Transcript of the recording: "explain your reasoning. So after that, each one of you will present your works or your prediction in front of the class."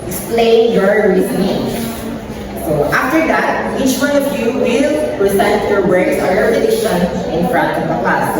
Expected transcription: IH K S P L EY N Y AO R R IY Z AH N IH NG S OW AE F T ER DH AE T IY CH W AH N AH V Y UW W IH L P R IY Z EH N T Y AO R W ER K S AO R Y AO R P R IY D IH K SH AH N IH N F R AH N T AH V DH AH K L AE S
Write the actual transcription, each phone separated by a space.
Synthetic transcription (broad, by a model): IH K S P L EY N Y AO R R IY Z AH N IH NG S OW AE F T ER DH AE T IY CH W AH N AH V Y UW W IH L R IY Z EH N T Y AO R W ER S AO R Y AO R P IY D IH SH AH N IH N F R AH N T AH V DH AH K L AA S